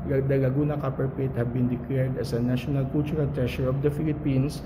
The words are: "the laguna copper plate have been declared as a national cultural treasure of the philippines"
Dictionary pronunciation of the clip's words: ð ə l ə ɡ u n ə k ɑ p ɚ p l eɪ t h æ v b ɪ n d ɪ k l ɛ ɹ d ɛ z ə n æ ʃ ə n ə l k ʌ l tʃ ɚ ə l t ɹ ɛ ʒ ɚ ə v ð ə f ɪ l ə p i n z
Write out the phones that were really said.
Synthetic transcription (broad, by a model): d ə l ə ɡ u n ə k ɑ p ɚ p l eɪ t h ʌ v b ɪ n d ɪ k l ɛ ɹ d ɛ s ə n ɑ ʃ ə n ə l k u l tʃ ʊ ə l t ɹ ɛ ʃ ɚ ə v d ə f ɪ l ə p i n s